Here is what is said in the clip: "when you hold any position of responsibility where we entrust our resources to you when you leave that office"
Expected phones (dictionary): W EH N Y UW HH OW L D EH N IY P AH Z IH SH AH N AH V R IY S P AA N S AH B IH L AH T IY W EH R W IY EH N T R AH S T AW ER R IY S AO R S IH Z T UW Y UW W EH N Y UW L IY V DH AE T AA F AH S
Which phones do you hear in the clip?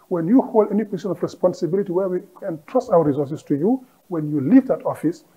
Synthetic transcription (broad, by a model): W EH N Y UW HH OW L D EH N IY P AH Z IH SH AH N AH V R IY S P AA N S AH B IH L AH T IY W EH R W IY EH N T R AH S T AW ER R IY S AO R S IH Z T UW Y UW W EH N Y UW L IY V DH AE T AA F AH S